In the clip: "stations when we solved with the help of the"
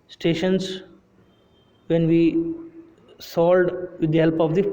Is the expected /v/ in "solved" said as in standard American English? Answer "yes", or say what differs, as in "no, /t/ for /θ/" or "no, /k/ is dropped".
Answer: no, /v/ is dropped